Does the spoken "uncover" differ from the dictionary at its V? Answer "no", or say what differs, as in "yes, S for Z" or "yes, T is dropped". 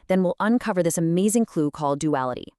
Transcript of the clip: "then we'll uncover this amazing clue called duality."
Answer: no